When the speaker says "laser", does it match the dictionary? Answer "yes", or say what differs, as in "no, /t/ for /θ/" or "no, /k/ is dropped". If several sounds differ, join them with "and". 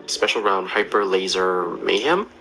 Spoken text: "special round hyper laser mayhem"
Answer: yes